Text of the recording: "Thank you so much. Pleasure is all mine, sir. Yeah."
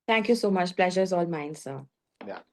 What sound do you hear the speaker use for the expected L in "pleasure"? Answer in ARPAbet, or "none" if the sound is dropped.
L